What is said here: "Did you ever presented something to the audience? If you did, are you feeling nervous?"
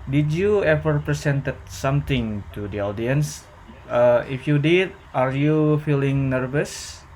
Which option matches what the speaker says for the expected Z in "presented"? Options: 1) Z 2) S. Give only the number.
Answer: 2